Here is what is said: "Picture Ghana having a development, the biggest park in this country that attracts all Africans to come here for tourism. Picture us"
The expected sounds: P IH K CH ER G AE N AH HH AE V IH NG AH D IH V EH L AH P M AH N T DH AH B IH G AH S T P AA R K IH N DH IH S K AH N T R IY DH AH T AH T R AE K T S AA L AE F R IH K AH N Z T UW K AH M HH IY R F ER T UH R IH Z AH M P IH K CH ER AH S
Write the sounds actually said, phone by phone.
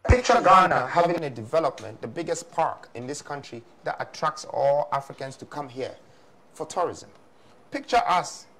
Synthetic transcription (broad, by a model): P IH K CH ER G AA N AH HH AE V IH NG AH D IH V EH L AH P M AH N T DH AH B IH G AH S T P AA R K IH N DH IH S K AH N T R IY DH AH T AH T R AE K T S AA L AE F R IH K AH N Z T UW K AH M HH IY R F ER T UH R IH Z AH M P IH K CH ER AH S